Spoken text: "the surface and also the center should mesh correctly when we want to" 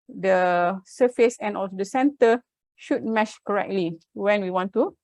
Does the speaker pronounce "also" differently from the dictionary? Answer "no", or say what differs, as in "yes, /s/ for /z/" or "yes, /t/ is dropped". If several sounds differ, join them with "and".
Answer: no